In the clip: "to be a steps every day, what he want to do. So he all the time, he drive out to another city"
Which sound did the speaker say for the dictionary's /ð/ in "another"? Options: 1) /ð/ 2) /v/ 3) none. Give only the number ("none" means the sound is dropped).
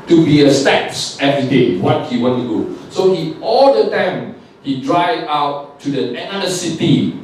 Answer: 3